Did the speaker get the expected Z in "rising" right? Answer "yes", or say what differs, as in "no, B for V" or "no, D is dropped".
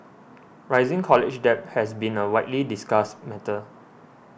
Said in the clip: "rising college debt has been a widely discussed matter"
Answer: yes